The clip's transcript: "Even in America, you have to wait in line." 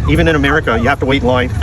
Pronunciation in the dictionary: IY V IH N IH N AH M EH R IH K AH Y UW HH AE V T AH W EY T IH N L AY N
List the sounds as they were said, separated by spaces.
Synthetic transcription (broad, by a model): IY V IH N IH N AH M EH R IH K AH Y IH HH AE F T AH W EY IH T L AY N